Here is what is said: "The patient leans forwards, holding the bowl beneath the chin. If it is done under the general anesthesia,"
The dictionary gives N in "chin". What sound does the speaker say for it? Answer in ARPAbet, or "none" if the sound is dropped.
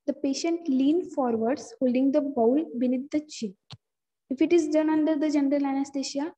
none